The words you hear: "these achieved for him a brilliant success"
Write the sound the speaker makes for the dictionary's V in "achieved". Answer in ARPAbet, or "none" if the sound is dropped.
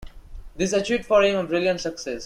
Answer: none